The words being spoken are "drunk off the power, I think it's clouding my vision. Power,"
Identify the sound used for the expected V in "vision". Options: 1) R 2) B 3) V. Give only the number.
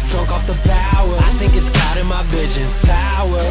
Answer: 3